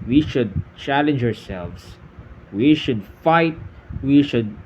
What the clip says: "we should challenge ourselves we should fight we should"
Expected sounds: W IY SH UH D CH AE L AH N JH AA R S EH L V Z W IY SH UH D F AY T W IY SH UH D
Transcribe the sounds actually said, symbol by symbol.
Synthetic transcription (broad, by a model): W IY SH UH D CH AE L AH N JH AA R S EH L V S W IY SH UH D F AY T W IY SH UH D